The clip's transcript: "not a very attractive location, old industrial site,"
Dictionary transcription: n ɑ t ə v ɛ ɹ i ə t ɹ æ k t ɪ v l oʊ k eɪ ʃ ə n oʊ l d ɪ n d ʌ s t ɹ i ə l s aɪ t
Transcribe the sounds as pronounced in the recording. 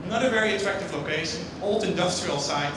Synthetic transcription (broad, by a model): n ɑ t ə v ɛ ɹ i ə t ɹ æ k t ɪ v l oʊ k eɪ ʃ ə n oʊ l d ɪ n d ʌ s t ɹ i ə l s aɪ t